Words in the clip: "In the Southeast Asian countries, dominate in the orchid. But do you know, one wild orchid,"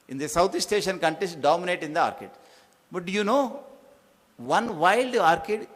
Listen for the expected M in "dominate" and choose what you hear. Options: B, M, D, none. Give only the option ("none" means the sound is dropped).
M